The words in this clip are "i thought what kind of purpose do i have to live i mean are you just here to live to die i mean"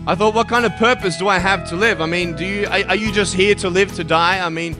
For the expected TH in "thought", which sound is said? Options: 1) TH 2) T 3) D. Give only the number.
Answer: 1